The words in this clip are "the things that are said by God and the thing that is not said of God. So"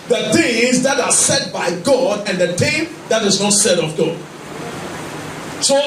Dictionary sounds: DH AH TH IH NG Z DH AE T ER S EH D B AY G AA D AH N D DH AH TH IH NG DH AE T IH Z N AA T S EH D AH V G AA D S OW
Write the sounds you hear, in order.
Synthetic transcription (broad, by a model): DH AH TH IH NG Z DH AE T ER S EH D B AY G AA D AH N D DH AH T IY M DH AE T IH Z N AA T S EH D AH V G AA D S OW